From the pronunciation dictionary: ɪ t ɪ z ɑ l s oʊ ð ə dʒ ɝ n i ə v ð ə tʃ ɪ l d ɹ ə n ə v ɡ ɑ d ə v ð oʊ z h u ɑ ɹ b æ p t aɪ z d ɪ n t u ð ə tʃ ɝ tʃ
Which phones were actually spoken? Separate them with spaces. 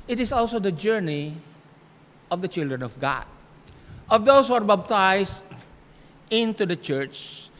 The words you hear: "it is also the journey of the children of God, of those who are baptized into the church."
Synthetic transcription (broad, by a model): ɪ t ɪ s ɑ l s oʊ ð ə dʒ ɝ n i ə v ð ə tʃ ɪ l d ɹ ə n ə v ɡ ɑ d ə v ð oʊ s h u ɑ ɹ b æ b t aɪ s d ɪ n t u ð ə tʃ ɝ tʃ